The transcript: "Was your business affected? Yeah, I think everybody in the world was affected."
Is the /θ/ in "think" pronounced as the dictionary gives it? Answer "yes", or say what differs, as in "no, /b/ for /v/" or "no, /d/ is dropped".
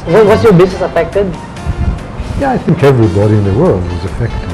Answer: yes